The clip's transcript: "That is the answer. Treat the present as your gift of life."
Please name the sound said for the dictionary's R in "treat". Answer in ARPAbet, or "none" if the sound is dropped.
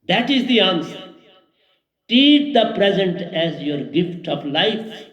none